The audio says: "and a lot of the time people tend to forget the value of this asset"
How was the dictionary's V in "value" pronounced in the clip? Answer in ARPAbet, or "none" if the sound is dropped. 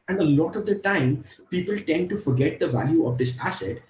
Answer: V